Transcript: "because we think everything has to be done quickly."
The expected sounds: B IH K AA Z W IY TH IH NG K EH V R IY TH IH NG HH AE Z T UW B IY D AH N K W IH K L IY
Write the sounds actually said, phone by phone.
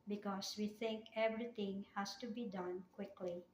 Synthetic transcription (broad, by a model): B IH K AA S W IY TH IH NG K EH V R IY T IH NG HH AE S T UW B IY D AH N K W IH K L IY